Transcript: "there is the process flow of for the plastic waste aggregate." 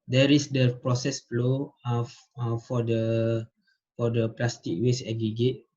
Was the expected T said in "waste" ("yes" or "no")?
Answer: no